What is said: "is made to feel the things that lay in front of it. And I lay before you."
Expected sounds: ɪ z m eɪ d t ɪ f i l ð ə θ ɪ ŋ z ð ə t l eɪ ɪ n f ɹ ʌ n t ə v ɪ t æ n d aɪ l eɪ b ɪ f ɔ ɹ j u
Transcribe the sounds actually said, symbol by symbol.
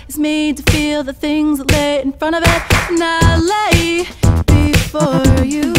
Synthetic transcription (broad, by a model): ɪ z m eɪ d t ɪ f i l ð ə θ ɪ ŋ z ð ə t l eɪ ɪ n f ɹ ʌ t ə v ɪ t n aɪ l eɪ b ɪ f ɔ ɹ j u